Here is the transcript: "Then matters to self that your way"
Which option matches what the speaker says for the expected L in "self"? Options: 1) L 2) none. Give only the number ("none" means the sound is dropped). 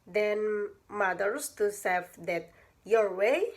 2